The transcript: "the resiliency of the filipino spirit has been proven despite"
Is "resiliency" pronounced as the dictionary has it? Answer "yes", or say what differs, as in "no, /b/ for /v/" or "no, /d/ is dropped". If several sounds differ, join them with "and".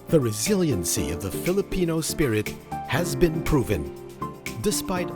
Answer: yes